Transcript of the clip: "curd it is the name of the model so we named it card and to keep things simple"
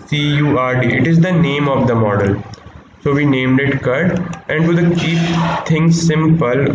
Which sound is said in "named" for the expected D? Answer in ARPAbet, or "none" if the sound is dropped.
D